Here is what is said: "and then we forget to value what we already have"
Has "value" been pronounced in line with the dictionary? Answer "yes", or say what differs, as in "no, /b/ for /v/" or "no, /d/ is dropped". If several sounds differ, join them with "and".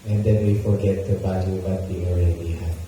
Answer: no, /b/ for /v/